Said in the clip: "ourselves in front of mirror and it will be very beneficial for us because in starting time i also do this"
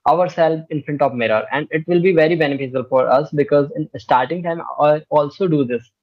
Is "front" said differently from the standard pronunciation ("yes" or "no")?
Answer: yes